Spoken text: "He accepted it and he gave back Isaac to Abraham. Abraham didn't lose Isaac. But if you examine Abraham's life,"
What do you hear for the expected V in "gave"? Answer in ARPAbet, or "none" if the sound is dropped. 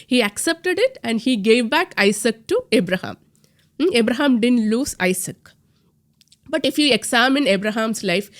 V